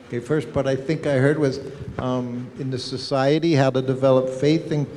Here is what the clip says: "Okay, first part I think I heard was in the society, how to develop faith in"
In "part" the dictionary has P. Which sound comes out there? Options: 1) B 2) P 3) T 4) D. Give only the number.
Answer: 1